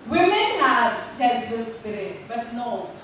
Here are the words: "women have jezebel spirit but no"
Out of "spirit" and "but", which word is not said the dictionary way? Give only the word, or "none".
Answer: spirit